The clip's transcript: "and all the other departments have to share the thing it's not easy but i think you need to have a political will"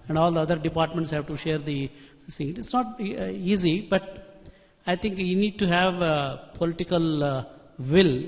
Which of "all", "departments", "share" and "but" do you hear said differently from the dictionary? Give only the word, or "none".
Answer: none